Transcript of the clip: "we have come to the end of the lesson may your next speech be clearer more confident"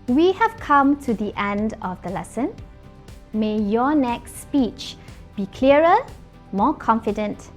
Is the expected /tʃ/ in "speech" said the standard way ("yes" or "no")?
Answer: yes